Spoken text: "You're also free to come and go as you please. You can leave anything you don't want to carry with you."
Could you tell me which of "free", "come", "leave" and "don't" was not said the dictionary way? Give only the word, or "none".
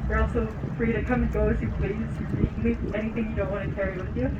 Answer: leave